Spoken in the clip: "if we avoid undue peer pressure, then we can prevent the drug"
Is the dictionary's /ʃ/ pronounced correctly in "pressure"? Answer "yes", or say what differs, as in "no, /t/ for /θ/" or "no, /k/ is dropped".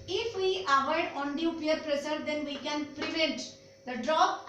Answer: no, /s/ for /ʃ/